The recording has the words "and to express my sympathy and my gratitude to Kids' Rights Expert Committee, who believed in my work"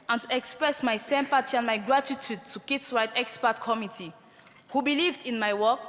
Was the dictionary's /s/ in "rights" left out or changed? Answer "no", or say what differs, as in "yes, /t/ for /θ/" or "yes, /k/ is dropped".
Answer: yes, /s/ is dropped